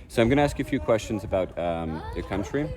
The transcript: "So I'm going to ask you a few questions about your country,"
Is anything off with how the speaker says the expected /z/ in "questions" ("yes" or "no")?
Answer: no